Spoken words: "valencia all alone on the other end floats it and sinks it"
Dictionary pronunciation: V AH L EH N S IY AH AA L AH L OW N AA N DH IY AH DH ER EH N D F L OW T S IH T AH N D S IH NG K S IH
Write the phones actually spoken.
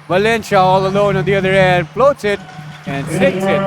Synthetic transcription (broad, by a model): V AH L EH N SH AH AA L AH L OW N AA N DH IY AH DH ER EH N D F L OW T S IH T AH N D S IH K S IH